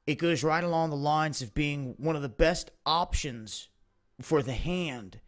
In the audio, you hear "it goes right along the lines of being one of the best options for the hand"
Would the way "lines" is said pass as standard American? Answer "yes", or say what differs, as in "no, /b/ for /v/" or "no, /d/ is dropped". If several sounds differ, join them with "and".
yes